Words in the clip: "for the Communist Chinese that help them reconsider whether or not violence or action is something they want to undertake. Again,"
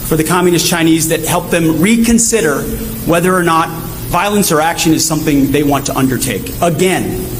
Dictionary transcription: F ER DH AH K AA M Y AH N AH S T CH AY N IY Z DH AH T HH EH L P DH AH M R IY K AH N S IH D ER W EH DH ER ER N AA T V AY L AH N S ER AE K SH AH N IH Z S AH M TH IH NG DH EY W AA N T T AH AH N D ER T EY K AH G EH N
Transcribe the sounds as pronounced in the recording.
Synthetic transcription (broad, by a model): F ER DH AH K AA M Y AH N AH S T CH AY N IY Z DH AH T HH EH L P DH AH M R IY K AH N S IH D ER W EH DH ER ER N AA T V AY L AH N S ER AE K SH AH N IH Z S AH M TH IH NG DH EY W AA N T T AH AH N D ER T EY K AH G EH N